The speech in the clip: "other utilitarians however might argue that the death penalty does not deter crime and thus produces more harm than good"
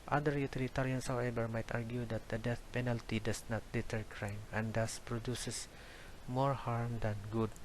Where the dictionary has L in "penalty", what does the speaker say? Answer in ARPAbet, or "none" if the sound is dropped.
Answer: L